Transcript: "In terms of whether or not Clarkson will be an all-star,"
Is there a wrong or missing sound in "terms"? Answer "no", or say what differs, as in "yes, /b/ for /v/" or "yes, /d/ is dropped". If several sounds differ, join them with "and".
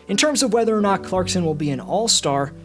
no